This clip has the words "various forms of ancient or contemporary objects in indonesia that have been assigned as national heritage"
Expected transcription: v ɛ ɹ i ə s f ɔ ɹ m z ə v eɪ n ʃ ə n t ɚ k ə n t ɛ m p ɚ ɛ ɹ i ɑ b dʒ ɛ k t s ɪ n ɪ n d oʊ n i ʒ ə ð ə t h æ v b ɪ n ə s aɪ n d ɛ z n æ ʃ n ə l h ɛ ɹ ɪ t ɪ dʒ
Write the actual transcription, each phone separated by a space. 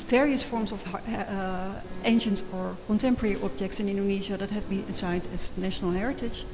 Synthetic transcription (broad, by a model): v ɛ ɹ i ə s f ɔ ɹ m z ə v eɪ n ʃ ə n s ɚ k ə n t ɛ m p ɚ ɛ ɹ i ɑ b dʒ ɛ k t s ɪ n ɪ n d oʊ n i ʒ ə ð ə t h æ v b ɪ n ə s aɪ n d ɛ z n æ ʃ n ə l h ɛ ɹ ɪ t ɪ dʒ